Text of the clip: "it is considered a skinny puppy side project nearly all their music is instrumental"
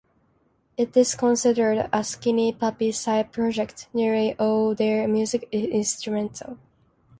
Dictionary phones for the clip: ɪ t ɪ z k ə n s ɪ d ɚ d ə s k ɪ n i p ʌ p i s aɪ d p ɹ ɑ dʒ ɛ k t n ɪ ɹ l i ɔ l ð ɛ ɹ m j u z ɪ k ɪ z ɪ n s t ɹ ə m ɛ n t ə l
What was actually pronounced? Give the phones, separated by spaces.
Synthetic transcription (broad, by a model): ɪ t ɪ z k ə n s ɪ d ɚ d ə s k ɪ n i p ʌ p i s aɪ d p ɹ ɑ dʒ ɛ k t n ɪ ɹ i ɔ l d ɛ ɹ m j u z ɪ k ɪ ɪ n s t ɹ ə m ɛ n t ə l